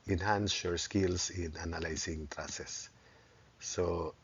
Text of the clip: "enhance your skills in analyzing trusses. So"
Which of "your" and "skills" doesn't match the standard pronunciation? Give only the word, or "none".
skills